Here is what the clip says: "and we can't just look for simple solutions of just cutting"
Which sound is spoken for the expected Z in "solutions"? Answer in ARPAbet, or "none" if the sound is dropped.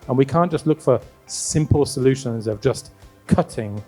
Z